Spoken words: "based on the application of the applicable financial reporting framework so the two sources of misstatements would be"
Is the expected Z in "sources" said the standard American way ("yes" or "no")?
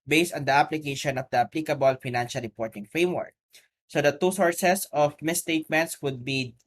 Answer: no